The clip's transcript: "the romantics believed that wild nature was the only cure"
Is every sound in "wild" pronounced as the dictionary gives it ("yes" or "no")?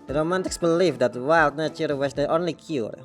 yes